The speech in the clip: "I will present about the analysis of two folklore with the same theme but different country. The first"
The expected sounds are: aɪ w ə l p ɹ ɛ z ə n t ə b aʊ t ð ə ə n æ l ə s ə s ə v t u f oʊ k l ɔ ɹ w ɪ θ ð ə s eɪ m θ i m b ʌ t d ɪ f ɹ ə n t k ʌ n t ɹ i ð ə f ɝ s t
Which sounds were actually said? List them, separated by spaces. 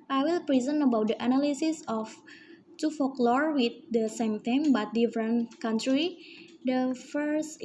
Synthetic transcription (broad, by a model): aɪ w ə l p ɹ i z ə n ə b aʊ t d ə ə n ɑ l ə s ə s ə f t u f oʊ k l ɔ ɹ w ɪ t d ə s eɪ m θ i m b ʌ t d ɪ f ɹ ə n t k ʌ n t ɹ i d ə f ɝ s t